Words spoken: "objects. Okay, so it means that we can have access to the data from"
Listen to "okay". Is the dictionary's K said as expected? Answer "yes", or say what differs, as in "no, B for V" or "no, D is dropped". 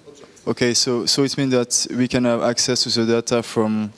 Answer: no, K is dropped